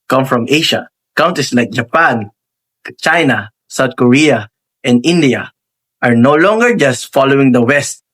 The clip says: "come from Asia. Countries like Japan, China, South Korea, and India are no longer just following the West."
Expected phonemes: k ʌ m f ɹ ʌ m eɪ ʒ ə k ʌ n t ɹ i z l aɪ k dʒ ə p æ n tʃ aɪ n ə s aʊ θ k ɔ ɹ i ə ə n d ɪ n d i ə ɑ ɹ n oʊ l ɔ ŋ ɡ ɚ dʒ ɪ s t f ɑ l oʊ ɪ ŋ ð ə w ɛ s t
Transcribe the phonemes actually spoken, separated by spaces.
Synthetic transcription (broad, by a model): k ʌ m f ɹ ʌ m eɪ ʃ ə k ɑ n t i s l aɪ k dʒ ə p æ n tʃ aɪ n ə s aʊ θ k ɔ ɹ i ə ə n d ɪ n d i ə ɑ ɹ n oʊ l ɔ ŋ ɡ ɚ dʒ ɪ s t f ɑ l oʊ ɪ ŋ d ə w ɛ s t